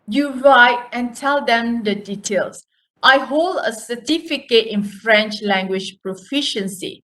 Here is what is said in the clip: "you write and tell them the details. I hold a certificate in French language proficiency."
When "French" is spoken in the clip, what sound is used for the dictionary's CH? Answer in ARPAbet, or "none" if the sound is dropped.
CH